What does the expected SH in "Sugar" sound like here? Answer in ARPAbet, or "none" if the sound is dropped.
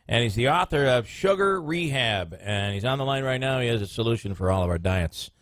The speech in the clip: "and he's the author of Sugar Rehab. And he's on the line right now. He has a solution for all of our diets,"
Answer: SH